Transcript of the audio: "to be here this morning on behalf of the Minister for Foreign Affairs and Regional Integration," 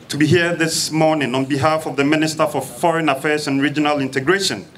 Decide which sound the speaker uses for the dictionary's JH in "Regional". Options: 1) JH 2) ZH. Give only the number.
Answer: 1